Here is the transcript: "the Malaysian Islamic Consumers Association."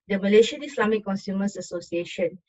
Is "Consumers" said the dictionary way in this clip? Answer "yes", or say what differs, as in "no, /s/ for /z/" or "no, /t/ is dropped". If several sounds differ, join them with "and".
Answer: no, /s/ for /z/